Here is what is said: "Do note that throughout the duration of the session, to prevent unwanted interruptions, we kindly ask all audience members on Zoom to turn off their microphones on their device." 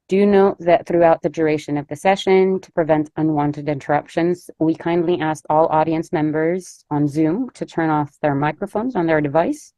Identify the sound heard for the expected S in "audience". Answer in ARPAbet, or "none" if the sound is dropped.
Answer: S